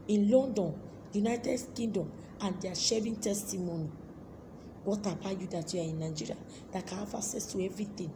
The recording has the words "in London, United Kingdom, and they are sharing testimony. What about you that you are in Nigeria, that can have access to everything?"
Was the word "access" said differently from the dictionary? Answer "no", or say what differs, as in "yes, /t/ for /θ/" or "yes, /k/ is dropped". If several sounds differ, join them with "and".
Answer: yes, /k/ is dropped